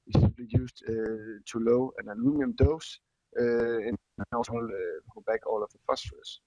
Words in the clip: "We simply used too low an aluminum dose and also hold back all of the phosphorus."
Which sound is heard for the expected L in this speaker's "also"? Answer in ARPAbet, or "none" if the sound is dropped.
none